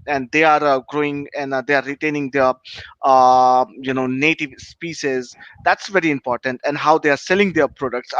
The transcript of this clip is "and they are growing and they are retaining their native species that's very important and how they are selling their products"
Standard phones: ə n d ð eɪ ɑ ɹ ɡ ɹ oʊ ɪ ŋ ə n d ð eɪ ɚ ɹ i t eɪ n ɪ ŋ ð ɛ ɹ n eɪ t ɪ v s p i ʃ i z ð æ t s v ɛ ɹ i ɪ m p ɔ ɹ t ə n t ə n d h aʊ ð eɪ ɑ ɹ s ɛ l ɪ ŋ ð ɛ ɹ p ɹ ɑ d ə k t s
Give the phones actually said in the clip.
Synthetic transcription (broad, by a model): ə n d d eɪ ɑ ɹ ɡ ɹ oʊ ɪ ŋ ə n d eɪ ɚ ɹ i t eɪ n ɪ ŋ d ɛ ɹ n eɪ t ɪ v s p i s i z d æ t s v ɛ ɹ i ɪ m p ɔ ɹ t ə n t ə n d h aʊ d eɪ ɑ ɹ s ɛ l ɪ ŋ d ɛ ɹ p ɹ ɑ d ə k t s